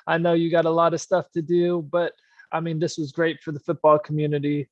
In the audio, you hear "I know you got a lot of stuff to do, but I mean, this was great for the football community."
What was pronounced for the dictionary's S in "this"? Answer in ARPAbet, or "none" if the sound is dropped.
S